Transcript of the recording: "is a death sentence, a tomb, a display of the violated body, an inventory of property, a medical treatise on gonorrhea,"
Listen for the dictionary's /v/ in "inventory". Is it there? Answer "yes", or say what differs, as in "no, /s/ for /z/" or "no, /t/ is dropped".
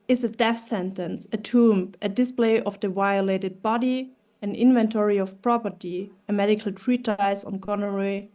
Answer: yes